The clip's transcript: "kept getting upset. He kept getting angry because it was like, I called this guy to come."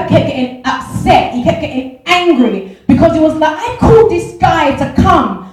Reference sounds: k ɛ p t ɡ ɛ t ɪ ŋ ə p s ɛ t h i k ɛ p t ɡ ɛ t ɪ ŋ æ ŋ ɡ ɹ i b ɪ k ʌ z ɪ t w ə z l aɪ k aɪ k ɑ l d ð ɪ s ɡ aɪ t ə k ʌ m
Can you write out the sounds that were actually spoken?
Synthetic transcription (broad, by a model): k ɛ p ɡ ɛ t ɪ ŋ ə p s ɛ t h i k ɛ p ɡ ɛ t ɪ ŋ æ ŋ ɡ ɹ i b ɪ k ʌ z ɪ t w ə z l aɪ k aɪ k ɑ l d ð ɪ s ɡ aɪ t ə k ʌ m